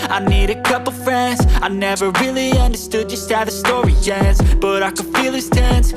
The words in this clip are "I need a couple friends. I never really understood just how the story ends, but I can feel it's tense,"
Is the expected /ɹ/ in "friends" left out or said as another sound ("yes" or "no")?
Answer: no